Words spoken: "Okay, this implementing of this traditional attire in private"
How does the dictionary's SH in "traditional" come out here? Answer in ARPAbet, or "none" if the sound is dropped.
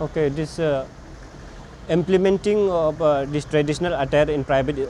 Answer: S